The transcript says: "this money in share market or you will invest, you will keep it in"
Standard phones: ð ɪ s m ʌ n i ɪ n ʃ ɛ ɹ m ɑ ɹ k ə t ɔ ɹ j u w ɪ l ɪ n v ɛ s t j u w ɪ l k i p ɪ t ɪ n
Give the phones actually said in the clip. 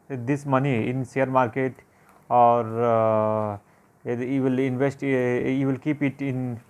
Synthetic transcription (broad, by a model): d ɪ s m ʌ n i ɪ n s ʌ ɹ m ɑ ɹ k ə t ɔ ɹ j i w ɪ l ɪ n v ɛ s t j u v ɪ l k i p ɪ t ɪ n